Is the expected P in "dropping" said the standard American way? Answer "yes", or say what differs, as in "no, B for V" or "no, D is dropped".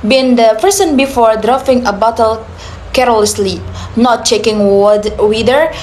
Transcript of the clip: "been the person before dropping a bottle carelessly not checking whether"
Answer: no, F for P